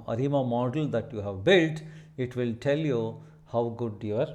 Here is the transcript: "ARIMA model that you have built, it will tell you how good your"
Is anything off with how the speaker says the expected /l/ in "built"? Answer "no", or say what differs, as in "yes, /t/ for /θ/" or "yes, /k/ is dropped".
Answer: no